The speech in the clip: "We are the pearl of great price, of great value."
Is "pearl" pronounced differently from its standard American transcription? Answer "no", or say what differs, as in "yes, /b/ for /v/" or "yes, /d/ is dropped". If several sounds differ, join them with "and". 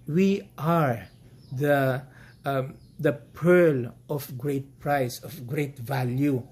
no